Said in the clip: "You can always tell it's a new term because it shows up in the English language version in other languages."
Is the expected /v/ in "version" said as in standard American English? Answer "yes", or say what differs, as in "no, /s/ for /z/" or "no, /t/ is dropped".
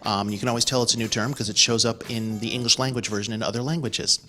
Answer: yes